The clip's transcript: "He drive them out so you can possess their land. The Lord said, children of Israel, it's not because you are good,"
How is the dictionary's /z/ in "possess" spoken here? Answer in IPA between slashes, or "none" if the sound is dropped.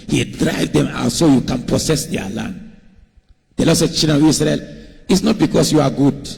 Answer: /s/